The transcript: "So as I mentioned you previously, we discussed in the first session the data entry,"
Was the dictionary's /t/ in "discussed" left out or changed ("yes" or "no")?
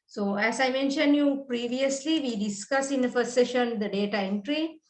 yes